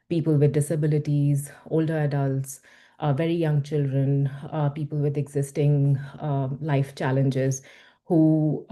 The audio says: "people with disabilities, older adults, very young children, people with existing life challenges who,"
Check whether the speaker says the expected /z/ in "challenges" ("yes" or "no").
yes